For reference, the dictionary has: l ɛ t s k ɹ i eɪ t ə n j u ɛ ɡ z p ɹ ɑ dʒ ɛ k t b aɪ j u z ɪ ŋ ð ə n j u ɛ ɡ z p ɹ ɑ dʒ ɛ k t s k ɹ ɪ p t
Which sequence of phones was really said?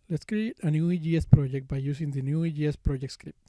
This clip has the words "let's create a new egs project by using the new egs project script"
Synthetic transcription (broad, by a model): l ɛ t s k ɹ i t ə n j u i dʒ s p ɹ ɑ dʒ ɛ k t b aɪ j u s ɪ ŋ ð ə n j u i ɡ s p ɹ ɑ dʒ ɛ k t s k ɹ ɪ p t